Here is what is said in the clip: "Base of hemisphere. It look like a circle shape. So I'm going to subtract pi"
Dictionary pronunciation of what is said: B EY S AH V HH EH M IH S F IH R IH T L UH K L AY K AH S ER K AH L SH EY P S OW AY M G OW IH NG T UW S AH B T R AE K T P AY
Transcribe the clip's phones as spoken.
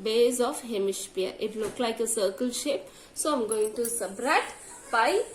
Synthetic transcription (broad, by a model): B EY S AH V HH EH M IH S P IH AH IH T L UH K L AY K AH S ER K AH L SH EY P S OW AY M G OW IH NG T UW S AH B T R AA T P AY